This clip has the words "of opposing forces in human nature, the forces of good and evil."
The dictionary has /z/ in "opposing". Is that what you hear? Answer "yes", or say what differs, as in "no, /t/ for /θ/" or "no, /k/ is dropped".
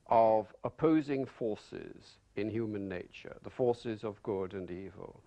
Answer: yes